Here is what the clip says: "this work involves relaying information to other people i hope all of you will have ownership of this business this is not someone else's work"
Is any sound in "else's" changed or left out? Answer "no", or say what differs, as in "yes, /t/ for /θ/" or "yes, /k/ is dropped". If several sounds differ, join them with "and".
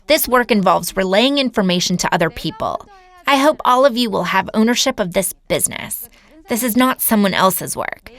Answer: no